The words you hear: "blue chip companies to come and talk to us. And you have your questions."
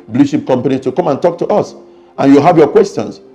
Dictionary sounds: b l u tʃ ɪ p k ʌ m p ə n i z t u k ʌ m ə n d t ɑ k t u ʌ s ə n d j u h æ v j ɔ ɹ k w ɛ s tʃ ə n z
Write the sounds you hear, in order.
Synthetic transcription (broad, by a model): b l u ʃ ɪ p k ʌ m p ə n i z t u k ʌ m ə n t ɑ k t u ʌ s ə n j u h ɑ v j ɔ k w ɛ s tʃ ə n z